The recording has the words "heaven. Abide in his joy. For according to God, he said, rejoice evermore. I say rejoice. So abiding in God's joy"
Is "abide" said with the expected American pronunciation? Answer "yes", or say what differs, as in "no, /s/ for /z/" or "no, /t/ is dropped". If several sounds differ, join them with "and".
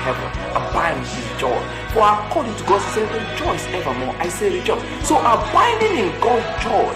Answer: no, /d/ is dropped